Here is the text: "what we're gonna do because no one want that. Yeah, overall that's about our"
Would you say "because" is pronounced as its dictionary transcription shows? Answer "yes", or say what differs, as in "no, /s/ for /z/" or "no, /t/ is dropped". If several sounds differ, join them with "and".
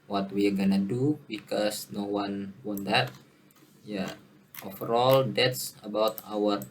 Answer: no, /s/ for /z/